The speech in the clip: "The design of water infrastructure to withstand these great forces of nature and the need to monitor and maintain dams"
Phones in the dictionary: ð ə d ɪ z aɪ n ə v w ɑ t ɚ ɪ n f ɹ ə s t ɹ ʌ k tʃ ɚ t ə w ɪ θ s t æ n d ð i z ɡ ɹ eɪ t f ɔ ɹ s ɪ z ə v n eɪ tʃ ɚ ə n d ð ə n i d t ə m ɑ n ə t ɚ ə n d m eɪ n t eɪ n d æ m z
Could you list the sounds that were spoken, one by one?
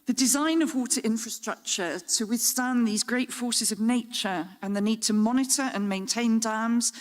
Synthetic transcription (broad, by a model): ð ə d ɪ z aɪ n ə v w ɑ t ɚ ɪ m f ɹ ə s t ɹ ʌ k tʃ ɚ t ə w ɪ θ s t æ n ð i z ɡ ɹ eɪ t f ɔ s ɪ z ə v n eɪ tʃ ɚ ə n ð ə n i d t ə m ɑ n ə t ɚ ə n m eɪ n t eɪ n d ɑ m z